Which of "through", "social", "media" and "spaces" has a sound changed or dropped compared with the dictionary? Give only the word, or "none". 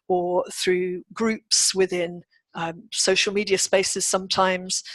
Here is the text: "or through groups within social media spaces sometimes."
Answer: none